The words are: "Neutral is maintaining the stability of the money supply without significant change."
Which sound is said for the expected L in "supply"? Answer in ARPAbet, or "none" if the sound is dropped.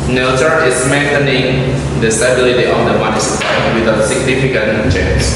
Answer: none